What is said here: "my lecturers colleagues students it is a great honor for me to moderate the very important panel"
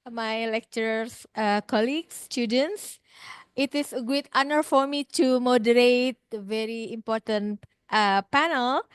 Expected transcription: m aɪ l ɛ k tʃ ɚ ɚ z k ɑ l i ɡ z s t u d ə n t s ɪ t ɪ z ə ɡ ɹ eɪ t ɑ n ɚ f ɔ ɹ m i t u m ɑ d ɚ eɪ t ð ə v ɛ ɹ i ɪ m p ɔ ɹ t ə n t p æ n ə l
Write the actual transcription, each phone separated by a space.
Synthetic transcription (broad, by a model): m aɪ l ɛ k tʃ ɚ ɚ k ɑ l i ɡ s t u d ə n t s ɪ t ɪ s ə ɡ eɪ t ɑ n ɚ f ɔ ɹ m i t u m ɑ d ɚ eɪ t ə v ɛ ɹ i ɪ m p ɔ ɹ t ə n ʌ p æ n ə l